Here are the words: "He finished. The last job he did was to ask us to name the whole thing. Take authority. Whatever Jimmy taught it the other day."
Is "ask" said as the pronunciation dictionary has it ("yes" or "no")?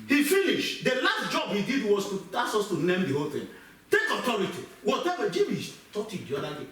no